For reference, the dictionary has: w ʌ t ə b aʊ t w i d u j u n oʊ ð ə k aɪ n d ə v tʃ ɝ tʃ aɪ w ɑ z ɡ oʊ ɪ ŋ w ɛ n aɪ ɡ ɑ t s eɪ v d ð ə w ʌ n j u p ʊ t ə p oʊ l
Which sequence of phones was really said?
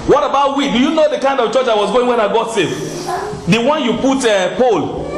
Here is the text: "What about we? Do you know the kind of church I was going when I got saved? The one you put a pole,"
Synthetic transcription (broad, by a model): w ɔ t ə b aʊ t w i d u j u n oʊ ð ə k aɪ n d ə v tʃ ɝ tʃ aɪ w ɑ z ɡ oʊ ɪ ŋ w ɛ n aɪ ɡ ɑ t s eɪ f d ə w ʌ n j u p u t ə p oʊ l